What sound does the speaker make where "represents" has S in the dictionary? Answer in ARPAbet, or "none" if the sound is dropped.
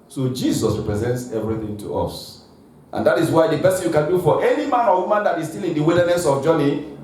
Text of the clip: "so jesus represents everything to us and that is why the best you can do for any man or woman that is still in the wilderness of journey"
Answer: S